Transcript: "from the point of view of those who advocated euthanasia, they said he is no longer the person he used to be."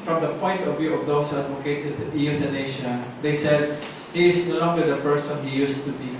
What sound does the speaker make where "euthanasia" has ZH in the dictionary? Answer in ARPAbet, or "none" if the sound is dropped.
SH